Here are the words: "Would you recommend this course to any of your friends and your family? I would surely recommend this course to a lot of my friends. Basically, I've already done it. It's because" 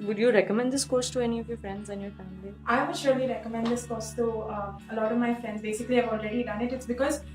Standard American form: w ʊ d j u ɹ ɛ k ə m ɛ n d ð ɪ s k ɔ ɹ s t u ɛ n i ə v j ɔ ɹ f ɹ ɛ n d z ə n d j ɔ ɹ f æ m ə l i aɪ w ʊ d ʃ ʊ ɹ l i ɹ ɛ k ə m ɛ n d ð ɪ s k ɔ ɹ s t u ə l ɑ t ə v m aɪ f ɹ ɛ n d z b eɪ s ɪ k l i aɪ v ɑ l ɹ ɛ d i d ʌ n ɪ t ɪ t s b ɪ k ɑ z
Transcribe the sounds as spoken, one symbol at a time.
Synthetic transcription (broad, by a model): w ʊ d j u ɹ ɛ k ə m ɛ n d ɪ s k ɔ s t u ɛ n i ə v j ɔ ɹ f ɹ ɛ n d z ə n j ɔ ɹ f æ m ə l i aɪ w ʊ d ʃ ʊ ɹ l i ɹ ɛ k ə m ɛ n d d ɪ s k ɔ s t t u ə l ɑ t ə v m aɪ f ɹ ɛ n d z b eɪ s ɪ k l i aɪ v ɑ l ɹ ɛ d i d ʌ n ɪ t ɪ t s b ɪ k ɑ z